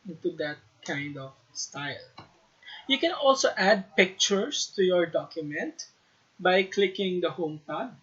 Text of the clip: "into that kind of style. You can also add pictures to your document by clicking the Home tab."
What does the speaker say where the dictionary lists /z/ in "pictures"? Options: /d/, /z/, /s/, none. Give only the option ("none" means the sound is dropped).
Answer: /s/